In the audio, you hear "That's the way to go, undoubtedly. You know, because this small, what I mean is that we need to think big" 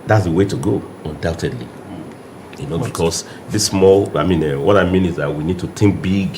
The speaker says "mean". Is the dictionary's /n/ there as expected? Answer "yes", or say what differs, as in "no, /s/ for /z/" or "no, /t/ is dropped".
yes